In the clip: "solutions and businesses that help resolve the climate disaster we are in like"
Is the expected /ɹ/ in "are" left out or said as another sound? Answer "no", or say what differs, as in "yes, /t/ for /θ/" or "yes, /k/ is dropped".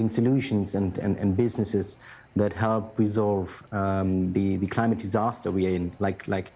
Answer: yes, /l/ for /ɹ/